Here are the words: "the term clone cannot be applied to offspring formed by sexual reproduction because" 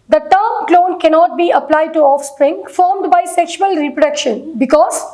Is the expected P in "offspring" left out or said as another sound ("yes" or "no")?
no